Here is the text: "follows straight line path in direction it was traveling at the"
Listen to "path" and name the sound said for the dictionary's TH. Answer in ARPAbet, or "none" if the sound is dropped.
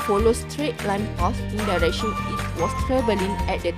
S